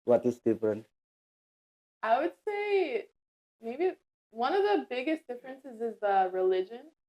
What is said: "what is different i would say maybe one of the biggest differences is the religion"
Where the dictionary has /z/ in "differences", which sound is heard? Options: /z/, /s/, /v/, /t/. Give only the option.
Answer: /z/